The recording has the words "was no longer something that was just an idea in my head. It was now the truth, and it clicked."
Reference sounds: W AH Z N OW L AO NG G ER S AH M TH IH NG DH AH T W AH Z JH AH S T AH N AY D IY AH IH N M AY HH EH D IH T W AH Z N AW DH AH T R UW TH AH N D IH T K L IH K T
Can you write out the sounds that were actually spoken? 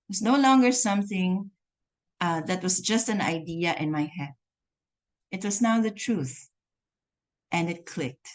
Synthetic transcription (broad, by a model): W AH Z N OW L AO NG G ER S AH M TH IH NG DH AH T W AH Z JH AH S T AH N AY D IY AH IH N M AY HH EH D IH T W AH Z N AW DH AH T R UW TH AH N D IH T K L IH K T